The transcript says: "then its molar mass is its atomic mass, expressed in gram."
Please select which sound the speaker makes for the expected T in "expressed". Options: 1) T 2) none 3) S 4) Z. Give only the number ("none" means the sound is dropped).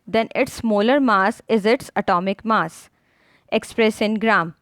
2